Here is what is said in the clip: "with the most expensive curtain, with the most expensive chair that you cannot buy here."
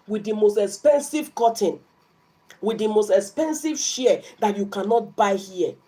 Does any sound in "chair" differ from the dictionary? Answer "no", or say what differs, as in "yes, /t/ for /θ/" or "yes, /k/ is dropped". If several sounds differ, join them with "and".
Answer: yes, /ʃ/ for /tʃ/